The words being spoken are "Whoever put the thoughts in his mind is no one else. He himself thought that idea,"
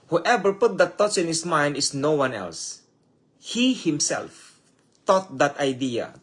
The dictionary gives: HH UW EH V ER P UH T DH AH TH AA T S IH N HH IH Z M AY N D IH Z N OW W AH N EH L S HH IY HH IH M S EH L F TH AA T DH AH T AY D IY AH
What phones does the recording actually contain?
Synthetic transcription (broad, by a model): HH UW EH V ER P UH T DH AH T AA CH IH N HH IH S M AY N D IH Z N OW W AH N EH L S HH IY HH IH M S EH L F T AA T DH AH T AY D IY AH